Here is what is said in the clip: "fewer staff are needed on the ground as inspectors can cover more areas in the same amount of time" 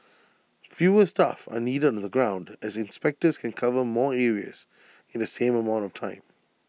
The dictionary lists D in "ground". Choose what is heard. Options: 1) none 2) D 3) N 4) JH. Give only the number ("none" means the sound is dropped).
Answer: 2